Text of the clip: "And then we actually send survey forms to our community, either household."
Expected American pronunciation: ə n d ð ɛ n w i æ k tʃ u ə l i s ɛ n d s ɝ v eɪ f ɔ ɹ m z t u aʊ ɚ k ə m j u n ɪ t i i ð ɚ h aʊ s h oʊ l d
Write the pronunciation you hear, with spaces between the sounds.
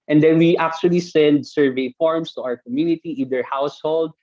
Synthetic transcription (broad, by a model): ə n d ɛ n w i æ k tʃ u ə l i s ɛ n d s ɝ v eɪ f ɔ ɹ m s t u aʊ ɚ k ə m j u n ɪ t i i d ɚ h aʊ s h oʊ l d